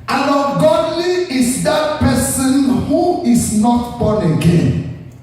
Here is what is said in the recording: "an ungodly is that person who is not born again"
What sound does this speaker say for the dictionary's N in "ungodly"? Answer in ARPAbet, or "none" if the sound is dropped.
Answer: none